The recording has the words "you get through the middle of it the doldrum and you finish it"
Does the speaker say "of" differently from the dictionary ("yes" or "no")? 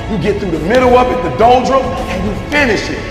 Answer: yes